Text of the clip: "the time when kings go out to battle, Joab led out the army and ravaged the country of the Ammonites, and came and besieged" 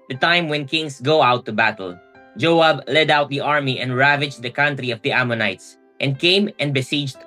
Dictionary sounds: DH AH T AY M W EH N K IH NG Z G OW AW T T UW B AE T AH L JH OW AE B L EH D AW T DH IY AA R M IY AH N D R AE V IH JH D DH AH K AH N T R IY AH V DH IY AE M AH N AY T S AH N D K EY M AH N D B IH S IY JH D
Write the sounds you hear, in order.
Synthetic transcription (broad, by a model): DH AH T AY M W EH N K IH NG S G OW AW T T UW B AE T AH L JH OW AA B L EH D AW T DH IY AA R M IY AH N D R AE V IH JH D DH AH K AH N T R IY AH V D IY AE M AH N AY T S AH N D K EY M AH N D B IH S IY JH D